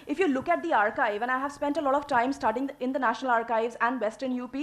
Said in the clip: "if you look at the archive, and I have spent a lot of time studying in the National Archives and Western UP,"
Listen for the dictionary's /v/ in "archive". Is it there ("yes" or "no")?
yes